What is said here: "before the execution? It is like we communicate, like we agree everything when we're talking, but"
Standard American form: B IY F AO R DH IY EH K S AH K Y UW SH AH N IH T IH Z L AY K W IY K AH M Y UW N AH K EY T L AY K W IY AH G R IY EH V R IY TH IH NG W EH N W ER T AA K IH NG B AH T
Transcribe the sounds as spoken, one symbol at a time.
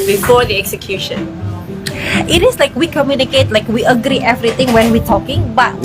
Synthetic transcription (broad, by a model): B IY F AO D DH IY EH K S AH K Y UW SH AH N IH T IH S L AY K W IY K AH M Y UW N AH K EY T L AY K W IY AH G R IY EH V R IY T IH NG W EH N W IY T AA K IH NG B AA T